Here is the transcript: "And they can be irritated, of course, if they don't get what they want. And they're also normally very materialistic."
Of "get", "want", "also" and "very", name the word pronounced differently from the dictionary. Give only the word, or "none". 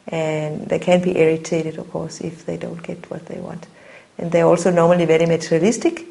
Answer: none